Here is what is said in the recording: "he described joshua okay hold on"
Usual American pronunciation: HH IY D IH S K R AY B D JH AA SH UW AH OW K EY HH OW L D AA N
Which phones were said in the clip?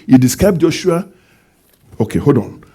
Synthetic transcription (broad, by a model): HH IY D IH S K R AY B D JH AA SH UW AH OW K EY HH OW D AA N